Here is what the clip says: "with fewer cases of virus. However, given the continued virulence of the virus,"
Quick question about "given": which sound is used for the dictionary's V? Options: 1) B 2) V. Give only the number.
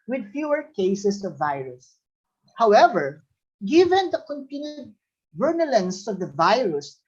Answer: 2